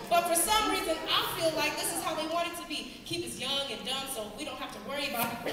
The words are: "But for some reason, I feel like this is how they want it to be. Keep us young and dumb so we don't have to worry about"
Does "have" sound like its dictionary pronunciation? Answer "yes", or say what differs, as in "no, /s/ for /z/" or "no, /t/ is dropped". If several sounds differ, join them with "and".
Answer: no, /f/ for /v/